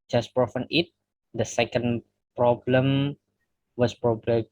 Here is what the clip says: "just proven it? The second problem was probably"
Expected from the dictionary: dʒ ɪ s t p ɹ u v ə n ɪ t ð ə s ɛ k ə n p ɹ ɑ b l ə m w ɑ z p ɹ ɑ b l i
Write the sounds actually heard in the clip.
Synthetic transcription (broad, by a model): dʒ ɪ s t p ɹ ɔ f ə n ɪ t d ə s ɛ k ə n p ɹ ɑ b l ə m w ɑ s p ɹ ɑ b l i